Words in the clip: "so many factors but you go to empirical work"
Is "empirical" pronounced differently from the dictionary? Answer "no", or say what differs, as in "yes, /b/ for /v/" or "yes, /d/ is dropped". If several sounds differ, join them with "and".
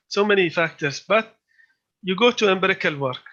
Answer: yes, /b/ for /p/